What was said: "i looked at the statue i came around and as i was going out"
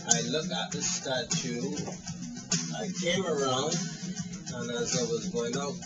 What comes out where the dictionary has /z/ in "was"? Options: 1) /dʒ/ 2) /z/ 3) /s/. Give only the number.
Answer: 2